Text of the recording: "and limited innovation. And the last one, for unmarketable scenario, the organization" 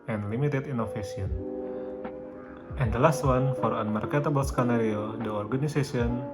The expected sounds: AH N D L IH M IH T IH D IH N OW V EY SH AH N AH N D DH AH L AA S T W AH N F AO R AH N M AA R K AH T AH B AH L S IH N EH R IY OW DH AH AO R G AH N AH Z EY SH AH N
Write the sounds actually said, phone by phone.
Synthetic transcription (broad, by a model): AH N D L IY M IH T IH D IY N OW F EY S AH N AH N D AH L AA S T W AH N F AO R AH N M AA R K AH T AH B AH L S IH N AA R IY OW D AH AO R G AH N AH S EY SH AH N